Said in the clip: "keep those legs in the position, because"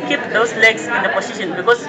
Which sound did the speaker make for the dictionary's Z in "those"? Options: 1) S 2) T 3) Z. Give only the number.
1